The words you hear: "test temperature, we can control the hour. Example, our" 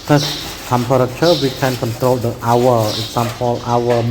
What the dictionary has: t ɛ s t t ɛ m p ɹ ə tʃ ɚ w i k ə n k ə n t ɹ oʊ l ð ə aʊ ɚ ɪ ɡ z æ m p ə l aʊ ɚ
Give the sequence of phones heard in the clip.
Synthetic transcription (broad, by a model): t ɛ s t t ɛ m p ɹ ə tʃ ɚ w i k ə n k ə n t ɹ oʊ l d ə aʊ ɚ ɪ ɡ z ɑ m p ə l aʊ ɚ